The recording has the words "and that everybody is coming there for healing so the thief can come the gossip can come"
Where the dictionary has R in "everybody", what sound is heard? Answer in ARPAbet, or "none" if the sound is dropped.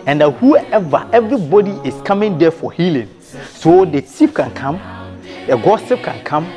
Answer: R